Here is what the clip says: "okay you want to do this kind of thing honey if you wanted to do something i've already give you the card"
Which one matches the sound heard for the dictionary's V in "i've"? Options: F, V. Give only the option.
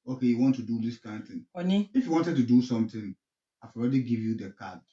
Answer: F